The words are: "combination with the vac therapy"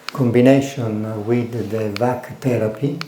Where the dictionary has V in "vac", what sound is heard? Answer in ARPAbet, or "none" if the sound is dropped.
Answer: V